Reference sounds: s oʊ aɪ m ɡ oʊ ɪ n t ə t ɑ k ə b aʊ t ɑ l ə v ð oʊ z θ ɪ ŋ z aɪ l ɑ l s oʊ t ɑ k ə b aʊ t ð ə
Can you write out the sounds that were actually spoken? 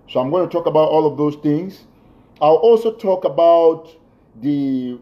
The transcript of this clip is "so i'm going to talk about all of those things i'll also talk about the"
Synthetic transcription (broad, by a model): s oʊ aɪ m ɡ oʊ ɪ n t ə t ɑ k ə b aʊ t ɑ l ə v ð oʊ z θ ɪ ŋ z aɪ l ɑ l s oʊ t ɑ k ə b aʊ t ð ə